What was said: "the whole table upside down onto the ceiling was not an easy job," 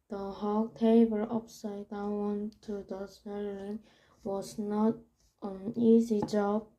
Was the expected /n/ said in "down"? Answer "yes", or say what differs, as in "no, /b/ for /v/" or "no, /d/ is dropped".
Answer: no, /n/ is dropped